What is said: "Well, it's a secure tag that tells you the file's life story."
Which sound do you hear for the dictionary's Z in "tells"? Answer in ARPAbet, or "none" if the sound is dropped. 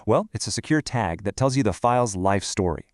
Z